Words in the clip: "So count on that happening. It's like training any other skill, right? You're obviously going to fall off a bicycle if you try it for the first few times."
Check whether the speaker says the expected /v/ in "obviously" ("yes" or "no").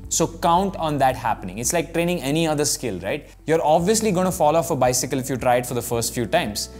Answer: yes